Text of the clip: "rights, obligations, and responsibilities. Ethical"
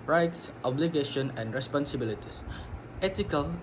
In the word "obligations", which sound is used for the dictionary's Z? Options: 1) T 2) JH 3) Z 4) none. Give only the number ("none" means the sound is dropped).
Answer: 4